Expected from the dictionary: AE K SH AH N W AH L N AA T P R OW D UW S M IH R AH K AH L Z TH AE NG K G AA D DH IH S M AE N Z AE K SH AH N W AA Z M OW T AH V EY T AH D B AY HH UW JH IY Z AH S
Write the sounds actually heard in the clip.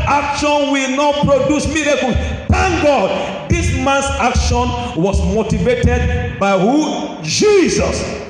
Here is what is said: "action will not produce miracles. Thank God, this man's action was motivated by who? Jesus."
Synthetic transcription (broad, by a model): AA K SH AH N W AH L N AA T P R OW D UW S M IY R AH K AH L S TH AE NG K G AA D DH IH S M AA N S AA K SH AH N W AA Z M OW T AH V EY T AH D B AY HH UW JH IY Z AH S